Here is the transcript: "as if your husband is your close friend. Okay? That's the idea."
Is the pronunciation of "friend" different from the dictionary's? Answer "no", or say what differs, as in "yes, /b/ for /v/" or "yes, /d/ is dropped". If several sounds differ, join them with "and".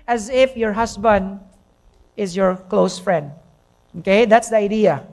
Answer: no